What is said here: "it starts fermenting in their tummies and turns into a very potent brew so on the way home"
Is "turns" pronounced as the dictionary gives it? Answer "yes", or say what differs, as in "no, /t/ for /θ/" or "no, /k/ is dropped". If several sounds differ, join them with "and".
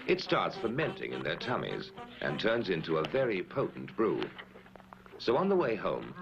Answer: yes